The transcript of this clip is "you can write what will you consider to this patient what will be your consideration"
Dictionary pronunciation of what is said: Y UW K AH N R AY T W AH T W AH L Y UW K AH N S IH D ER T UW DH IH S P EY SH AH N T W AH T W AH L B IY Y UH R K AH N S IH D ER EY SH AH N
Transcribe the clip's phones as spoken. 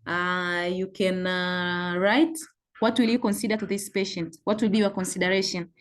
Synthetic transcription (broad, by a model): Y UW K AH N R AY T W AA T W AH L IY K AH N S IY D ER T UW DH IH S P EY SH AH N T W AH T W AH L B IY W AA K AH N S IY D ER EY SH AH N